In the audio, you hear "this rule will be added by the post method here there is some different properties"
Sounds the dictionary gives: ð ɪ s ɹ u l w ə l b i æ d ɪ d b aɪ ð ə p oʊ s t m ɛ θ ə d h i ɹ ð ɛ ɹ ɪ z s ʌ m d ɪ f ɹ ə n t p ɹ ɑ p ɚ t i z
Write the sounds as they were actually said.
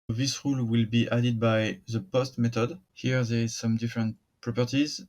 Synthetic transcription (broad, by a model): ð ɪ s ɹ u l w ə l b i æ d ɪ d b aɪ ð ə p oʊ s t m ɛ t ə d h i ɹ ð ɛ ɹ ɪ z s ʌ m d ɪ f ɹ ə n t p ɹ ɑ p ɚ t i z